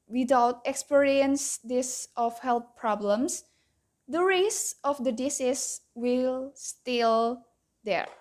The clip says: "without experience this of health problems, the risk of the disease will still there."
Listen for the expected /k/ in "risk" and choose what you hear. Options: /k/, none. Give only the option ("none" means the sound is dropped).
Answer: none